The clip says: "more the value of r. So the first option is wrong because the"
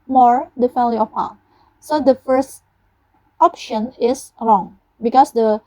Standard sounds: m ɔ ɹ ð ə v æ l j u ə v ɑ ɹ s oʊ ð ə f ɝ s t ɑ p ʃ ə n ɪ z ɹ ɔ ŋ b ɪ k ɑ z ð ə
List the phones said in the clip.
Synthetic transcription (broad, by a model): m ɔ ɹ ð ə f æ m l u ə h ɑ s oʊ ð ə f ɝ s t ɑ p ʃ ə n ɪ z ɹ ɔ ŋ b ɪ k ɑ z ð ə